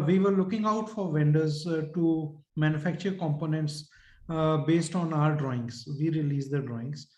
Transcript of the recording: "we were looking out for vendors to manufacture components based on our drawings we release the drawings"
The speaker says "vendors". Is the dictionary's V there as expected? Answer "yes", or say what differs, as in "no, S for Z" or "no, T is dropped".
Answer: yes